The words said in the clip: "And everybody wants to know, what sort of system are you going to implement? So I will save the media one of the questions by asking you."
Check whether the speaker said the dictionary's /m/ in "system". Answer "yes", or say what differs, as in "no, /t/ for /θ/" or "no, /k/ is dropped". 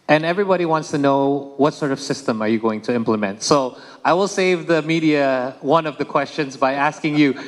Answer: yes